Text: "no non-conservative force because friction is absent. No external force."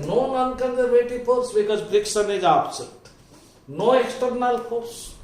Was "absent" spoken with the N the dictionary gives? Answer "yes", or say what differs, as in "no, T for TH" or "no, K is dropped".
no, N is dropped